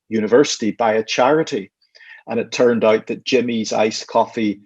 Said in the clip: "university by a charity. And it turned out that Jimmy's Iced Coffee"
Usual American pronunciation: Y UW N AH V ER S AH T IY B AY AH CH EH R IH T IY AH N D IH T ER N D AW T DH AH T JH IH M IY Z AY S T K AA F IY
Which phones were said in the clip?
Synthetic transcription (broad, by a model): Y UW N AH V ER S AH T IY B AY AH CH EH R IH T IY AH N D IH T ER N D AW T DH AH T JH IH M IY Z AY S K AA F IY